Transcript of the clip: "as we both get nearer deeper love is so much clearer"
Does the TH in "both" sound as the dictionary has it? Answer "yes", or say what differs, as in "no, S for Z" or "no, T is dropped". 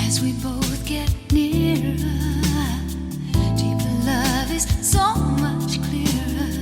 yes